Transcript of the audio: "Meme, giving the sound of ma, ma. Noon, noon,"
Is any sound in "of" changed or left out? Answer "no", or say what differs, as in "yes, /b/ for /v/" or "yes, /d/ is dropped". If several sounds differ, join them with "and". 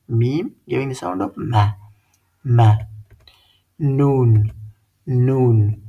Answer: yes, /p/ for /v/